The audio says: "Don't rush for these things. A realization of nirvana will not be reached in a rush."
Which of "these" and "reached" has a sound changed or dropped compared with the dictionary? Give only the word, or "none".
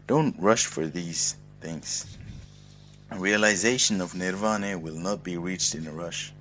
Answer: none